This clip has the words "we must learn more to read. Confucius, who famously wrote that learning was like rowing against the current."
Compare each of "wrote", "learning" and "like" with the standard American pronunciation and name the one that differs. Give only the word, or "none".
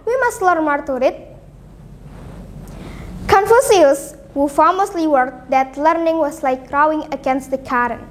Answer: wrote